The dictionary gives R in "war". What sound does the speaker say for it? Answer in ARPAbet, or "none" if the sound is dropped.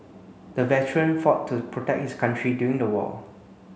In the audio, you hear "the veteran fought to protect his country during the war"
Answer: L